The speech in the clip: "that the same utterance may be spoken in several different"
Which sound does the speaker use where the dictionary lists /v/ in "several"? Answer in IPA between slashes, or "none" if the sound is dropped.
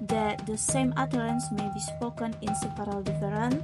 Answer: /p/